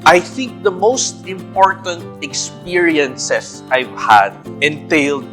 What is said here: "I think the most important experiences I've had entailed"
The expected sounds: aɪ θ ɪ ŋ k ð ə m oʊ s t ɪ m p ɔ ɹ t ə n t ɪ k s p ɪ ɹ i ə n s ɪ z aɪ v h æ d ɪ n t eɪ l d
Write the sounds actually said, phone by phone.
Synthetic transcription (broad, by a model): aɪ θ ɪ ŋ k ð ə m oʊ s t ɪ m p ɔ ɹ t ə n t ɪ k s p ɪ ɹ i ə n s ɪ s aɪ v h æ d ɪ n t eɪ l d